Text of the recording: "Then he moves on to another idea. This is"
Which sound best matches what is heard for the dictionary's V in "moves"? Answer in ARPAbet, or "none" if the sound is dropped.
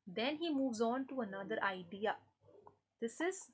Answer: V